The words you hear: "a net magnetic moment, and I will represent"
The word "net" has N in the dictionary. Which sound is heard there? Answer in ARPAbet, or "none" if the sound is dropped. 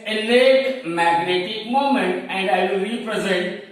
L